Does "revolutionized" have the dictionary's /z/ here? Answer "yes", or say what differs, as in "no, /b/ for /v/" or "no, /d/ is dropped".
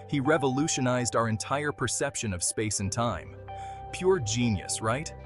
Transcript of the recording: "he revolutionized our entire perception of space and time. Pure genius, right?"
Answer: yes